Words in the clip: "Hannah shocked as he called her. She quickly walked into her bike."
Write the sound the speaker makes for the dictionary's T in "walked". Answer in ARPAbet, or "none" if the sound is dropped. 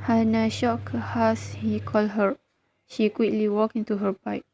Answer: none